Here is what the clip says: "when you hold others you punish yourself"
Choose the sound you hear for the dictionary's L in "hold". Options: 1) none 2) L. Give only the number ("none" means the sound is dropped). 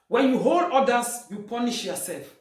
2